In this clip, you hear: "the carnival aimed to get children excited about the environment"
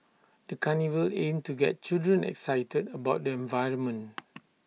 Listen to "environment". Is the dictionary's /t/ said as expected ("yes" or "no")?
no